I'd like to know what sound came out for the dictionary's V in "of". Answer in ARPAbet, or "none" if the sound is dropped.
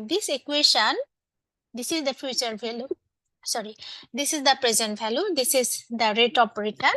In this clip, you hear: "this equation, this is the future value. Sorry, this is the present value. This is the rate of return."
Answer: P